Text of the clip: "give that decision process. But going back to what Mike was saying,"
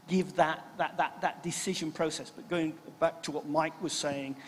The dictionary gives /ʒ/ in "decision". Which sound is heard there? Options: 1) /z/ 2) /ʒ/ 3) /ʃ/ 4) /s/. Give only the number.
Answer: 2